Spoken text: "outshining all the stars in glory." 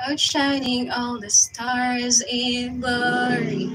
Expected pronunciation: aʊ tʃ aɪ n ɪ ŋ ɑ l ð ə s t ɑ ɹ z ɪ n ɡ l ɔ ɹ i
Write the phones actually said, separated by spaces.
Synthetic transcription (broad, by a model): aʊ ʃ aɪ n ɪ ŋ ɑ l ð ə s t ɑ ɹ z ɪ n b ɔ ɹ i